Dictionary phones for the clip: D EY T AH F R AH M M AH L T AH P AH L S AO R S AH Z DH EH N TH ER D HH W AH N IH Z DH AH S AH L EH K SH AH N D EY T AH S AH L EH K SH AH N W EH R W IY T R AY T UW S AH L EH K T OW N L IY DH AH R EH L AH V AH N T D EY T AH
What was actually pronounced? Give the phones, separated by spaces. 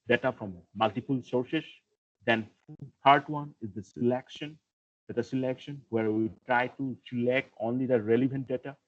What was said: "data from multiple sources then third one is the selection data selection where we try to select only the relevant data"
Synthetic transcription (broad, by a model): D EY T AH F R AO M M AH L T AH P AH L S AO R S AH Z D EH N T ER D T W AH N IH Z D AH S AH L EH K SH AH N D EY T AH S AH L EH K SH AH N W EH R W IY T R AY T UW S AH L EH K T OW N L IY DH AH R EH L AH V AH N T D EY T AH